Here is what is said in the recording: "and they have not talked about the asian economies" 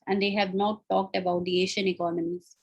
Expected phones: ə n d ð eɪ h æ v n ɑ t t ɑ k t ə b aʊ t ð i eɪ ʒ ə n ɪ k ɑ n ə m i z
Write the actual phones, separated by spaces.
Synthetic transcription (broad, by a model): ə n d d eɪ h æ v n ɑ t t ɑ k t ə b aʊ t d i eɪ ʃ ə n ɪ k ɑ n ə m i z